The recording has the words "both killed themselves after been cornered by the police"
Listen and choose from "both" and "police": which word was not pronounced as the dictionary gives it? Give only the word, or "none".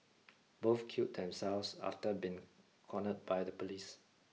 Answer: both